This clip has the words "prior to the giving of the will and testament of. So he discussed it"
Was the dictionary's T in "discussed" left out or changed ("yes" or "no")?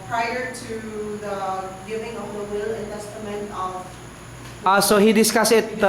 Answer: yes